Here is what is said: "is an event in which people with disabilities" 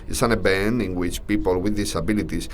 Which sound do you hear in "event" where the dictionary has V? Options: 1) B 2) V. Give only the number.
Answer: 1